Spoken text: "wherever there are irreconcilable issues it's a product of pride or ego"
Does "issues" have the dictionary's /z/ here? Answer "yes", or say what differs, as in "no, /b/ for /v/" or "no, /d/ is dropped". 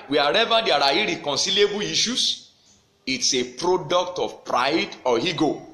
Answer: no, /s/ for /z/